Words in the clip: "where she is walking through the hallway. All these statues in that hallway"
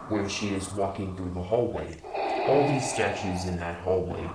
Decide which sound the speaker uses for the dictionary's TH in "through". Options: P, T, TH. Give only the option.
TH